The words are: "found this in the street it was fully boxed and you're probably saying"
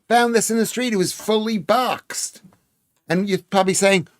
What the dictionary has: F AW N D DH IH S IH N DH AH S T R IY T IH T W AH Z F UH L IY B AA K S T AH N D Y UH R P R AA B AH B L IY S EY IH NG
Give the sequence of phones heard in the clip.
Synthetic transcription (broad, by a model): F AW N DH IH S IH N DH AH S T R IY T IH T W AH Z F UH L IY B AA K S T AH N Y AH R P R AA B AH B L IY S EY IH NG